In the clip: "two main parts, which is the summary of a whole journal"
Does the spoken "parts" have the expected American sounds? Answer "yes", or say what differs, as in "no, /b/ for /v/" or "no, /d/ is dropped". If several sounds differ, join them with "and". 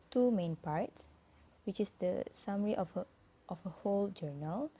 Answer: yes